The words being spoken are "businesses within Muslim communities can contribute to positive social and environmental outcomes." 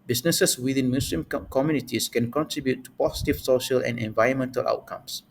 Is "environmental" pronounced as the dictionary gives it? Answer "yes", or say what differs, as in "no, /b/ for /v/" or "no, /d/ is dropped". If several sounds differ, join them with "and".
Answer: yes